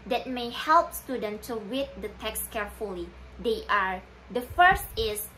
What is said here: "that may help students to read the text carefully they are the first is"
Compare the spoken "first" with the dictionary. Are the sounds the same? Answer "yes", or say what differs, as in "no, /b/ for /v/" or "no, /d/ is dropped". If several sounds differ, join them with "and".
yes